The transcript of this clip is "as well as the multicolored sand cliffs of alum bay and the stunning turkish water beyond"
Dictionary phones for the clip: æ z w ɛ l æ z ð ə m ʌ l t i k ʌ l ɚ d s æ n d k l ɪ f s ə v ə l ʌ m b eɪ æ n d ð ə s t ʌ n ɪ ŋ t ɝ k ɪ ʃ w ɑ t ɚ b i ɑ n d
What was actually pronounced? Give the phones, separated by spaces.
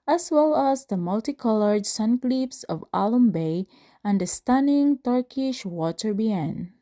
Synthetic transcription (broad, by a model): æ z w ɛ l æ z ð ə m ʌ l t i k ʌ l ɚ d s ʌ n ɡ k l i p s ə v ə l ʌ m b eɪ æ n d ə s t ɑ n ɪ ŋ t ɝ k ɪ ʃ w ɑ t ɚ b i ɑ n